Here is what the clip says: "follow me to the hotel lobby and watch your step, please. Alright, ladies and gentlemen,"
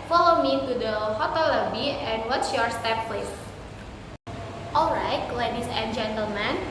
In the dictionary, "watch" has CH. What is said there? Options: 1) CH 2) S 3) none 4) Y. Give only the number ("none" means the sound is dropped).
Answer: 2